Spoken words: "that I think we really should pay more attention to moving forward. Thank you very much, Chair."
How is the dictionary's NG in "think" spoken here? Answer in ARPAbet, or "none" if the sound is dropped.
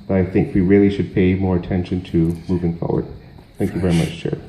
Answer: NG